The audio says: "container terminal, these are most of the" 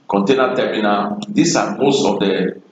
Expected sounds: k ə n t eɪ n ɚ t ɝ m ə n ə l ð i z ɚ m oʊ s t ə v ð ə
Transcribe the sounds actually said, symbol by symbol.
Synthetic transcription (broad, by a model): k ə n t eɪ n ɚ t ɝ m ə n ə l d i s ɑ m oʊ s t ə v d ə